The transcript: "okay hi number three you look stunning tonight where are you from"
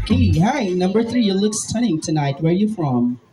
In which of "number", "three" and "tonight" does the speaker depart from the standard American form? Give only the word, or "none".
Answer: none